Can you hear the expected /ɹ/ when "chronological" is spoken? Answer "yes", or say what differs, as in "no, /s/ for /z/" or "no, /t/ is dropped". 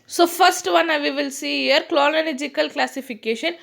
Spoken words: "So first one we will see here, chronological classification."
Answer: no, /l/ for /ɹ/